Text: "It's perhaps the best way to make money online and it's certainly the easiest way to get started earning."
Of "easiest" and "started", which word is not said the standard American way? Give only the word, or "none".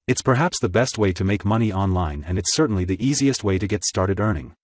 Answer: none